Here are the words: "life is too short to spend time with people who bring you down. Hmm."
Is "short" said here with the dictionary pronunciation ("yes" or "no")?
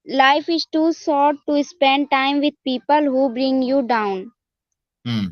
no